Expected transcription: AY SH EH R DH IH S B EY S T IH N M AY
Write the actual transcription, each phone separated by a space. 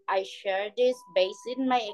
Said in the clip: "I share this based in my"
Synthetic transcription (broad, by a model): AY SH EH R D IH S B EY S IH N M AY